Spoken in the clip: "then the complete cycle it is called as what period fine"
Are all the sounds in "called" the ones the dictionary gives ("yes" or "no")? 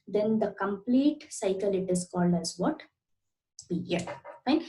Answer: yes